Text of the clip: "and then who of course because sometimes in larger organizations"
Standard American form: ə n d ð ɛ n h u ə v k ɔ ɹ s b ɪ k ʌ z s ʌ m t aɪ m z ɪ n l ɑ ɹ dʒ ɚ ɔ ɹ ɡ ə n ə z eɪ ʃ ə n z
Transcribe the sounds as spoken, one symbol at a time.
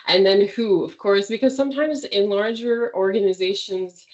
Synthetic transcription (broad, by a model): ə n ð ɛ n h u ə v k ɔ ɹ s b ɪ k ʌ z s ʌ m t aɪ m z ɪ n l ɑ ɹ dʒ ɚ ɔ ɹ ɡ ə n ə z eɪ ʃ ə n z